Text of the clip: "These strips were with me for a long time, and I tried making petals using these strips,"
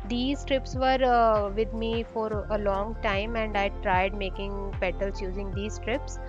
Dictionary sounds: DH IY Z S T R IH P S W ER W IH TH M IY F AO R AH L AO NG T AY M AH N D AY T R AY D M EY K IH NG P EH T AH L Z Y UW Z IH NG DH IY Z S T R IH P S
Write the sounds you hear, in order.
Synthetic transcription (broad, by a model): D IY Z T R IH P S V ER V IH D M IY F AO R AH L AO NG T AY M AH N D AY T R AY D M EY K IH NG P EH T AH L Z Y UW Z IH NG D IY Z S T R IH P S